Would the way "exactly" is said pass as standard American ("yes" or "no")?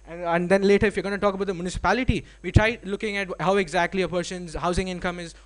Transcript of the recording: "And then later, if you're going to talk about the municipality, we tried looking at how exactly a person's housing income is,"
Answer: yes